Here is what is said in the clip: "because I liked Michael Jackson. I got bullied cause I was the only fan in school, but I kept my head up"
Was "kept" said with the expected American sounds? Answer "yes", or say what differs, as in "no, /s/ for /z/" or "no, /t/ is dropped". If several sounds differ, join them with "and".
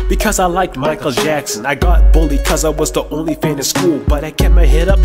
no, /p/ is dropped